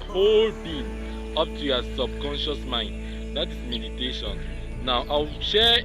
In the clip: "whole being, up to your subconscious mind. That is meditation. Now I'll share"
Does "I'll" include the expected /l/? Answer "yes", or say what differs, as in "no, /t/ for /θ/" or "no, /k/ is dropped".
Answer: no, /w/ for /l/